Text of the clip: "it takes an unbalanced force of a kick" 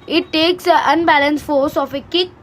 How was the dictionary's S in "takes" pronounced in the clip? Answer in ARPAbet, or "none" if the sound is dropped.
S